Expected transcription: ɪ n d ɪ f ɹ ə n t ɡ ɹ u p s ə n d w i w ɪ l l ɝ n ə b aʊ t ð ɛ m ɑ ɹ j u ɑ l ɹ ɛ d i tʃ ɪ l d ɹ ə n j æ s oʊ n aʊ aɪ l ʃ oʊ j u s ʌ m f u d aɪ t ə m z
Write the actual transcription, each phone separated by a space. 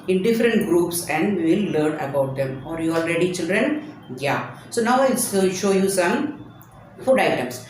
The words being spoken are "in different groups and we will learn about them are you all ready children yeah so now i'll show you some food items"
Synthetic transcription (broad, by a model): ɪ n d ɪ f ɹ ə n t ɡ ɹ u p s ə n d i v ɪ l l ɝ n ə b aʊ t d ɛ m ɑ ɹ j u ɑ l ɹ ɛ d i tʃ ɪ l d ɹ ə n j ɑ s oʊ n aʊ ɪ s ʃ oʊ j u s ʌ m f u d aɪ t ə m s